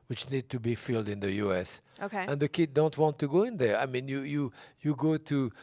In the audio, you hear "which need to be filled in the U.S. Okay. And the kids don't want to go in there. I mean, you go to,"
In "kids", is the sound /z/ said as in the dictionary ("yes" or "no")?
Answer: no